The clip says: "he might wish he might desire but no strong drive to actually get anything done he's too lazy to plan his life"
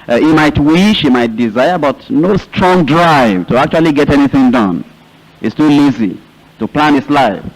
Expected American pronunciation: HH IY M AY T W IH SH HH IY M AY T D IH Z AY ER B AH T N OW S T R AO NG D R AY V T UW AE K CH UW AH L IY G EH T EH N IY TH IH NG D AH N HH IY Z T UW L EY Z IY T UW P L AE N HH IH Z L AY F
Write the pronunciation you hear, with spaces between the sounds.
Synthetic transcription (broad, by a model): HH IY M AY T W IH SH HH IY M AY T D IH Z AY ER B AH T N OW S T R AO NG D R AY V T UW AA K CH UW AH L IY G EH T EH N IY TH IH NG D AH N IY S T UW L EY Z IY T UW P L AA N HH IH S L AY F